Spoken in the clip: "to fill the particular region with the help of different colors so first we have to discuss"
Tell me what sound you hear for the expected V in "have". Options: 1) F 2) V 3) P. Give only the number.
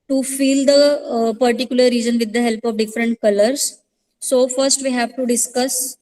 2